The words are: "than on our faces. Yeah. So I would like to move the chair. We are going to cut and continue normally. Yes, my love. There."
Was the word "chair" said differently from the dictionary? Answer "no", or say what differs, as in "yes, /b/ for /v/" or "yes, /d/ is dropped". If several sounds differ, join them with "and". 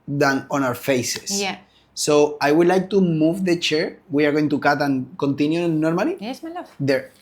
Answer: no